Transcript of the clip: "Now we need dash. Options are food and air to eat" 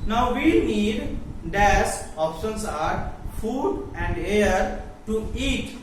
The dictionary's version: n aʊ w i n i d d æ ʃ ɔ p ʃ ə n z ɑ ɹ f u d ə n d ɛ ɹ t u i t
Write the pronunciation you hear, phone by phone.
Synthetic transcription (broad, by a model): n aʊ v i n i d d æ s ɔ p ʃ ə n s ɑ ɹ f u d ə n d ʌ ɹ t u i t